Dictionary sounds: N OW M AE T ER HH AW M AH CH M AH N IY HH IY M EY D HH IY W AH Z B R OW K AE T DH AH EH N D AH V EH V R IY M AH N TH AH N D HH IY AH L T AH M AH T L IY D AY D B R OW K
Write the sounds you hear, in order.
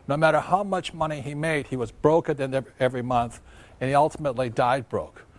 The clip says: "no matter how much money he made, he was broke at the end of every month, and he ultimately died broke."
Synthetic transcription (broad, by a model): N OW M AE T ER HH AW M AH CH M AH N IY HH IY M EY D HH IY W AH Z B R OW K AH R DH AH N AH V EH V R IY M AH N TH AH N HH IY AH L T AH M AH T L IY D AY D B R OW K